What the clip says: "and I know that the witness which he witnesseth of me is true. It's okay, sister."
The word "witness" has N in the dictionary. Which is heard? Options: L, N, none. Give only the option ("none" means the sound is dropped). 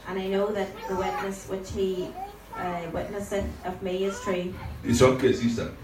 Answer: N